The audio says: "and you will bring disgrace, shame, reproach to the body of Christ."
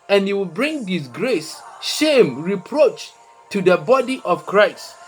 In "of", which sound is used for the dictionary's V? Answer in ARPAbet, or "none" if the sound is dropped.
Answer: F